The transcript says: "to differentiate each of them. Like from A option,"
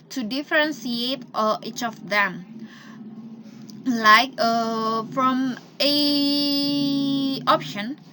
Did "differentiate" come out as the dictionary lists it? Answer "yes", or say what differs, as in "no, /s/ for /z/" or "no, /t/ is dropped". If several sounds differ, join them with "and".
no, /s/ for /ʃ/